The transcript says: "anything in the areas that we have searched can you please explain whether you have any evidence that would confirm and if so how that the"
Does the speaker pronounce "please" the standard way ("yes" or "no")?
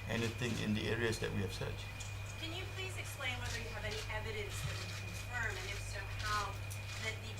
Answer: yes